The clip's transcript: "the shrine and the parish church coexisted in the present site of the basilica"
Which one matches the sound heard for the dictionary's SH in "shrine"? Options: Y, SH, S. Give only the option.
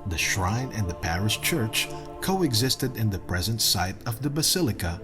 SH